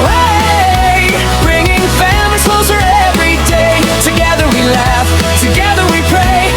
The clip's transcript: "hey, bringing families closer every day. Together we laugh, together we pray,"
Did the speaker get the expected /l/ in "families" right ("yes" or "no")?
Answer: no